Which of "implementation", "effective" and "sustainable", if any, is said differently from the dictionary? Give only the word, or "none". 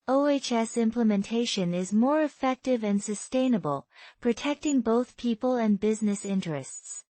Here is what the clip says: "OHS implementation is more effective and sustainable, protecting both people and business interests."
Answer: none